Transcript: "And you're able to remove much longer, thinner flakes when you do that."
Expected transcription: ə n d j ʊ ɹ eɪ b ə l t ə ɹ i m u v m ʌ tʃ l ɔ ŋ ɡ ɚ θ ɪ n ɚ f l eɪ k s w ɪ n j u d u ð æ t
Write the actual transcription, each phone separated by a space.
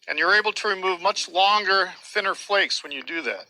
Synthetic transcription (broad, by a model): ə n j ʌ ɹ eɪ b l t ə ɹ i m u v m ʌ tʃ l ɔ ŋ ɡ ɚ θ ɪ n ɚ f l eɪ k s w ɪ n j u d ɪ ð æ t